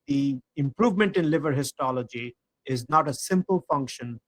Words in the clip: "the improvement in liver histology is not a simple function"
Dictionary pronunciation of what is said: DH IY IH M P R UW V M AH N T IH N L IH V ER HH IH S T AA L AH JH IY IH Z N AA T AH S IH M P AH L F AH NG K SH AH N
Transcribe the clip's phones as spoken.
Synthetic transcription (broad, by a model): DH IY IH M P R UW V M AH N T IH N L IH V ER HH IH S T AA L AH JH IY IH Z N AA T AH S IH M P AH L F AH NG K SH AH N